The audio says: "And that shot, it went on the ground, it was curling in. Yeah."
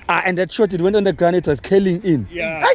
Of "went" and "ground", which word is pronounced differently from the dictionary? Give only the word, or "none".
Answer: ground